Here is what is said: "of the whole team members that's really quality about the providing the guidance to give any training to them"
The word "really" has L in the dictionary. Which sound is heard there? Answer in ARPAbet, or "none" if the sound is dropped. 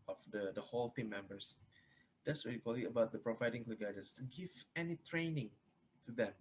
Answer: none